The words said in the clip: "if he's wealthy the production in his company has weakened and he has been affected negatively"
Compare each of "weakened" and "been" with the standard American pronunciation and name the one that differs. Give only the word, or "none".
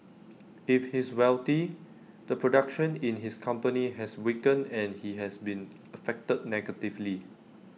weakened